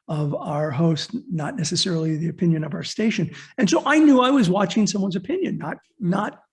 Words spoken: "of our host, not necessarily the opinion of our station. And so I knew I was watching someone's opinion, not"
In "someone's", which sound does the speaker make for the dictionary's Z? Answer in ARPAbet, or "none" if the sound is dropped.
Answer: Z